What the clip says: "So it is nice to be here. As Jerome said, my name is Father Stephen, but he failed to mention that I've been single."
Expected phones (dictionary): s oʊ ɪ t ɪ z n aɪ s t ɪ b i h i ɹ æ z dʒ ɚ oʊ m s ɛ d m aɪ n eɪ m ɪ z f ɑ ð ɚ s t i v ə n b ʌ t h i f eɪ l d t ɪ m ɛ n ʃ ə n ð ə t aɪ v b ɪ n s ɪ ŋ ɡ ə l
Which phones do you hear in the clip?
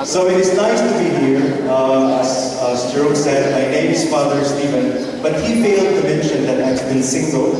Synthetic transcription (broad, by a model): s oʊ ɪ t ɪ z n aɪ s t ɪ b i h i ɹ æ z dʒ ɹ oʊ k s ɛ d m aɪ n eɪ m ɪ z f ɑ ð ɚ s t i v ə n b ʌ t h i f eɪ l d t ɪ m ɛ n ʃ ə n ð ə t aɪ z b ɪ n s ɪ ŋ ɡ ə l